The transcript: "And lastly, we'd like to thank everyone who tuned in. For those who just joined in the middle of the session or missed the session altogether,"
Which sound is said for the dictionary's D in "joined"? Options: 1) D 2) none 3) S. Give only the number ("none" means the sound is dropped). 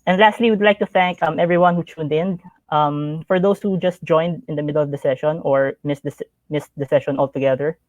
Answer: 1